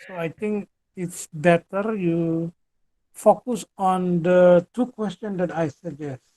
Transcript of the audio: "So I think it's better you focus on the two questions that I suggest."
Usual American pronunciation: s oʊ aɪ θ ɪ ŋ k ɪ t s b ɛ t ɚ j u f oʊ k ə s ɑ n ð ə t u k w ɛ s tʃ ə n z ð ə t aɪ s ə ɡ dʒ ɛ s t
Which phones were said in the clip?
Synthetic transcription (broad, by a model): s oʊ aɪ t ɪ ŋ k ɪ t s b ɛ t ɚ j u f oʊ k ə s ɑ n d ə t u k w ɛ s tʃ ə n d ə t aɪ s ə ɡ dʒ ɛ s t